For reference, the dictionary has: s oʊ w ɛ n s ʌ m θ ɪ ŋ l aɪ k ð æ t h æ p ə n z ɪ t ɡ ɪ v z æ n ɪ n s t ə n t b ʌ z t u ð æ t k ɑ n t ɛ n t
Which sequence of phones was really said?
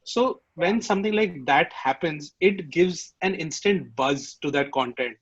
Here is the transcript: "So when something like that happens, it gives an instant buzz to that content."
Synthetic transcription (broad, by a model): s oʊ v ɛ n s ʌ m t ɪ ŋ l aɪ k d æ t h æ p ə n z ɪ t ɡ ɪ v z æ n ɪ n s t ə n t b ʌ z t u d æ t k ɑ n t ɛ n t